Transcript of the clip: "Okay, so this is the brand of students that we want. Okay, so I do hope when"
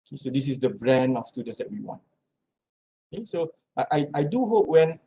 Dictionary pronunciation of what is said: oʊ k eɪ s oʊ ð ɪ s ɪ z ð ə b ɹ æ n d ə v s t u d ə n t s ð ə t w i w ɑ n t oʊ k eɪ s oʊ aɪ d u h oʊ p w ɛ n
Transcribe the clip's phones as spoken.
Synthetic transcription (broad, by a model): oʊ k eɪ s oʊ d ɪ s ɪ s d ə b ɹ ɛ n ə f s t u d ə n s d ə t w i w ɑ n t oʊ k eɪ s oʊ aɪ d u h oʊ p w ɛ n